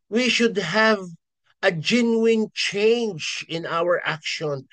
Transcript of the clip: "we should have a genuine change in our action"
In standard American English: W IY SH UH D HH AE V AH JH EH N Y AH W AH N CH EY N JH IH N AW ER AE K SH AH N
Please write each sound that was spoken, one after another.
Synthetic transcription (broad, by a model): W IY SH UH D HH AE V AH JH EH N Y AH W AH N CH EY N JH IH N AW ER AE K SH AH N